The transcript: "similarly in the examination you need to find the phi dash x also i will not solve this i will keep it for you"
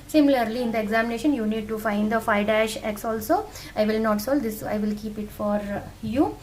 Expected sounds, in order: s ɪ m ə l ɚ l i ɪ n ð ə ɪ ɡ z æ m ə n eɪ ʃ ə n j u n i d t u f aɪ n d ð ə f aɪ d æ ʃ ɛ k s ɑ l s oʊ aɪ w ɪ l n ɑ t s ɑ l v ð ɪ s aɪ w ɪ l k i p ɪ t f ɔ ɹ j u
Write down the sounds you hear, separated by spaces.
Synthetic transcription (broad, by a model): s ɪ m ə l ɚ l i ɪ n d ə ɪ ɡ z æ m ə n eɪ ʃ ə n j u n i d t u f aɪ n d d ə f aɪ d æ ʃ ɛ k s ɑ l s oʊ aɪ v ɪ l n ɑ t s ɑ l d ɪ s aɪ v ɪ l k i p ɪ t f ɔ ɹ j u